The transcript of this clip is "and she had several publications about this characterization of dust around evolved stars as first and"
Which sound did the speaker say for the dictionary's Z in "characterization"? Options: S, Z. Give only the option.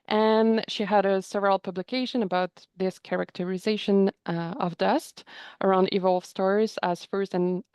Z